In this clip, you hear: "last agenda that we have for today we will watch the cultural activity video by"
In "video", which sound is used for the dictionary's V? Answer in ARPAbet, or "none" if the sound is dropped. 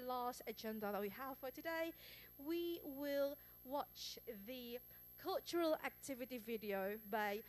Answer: V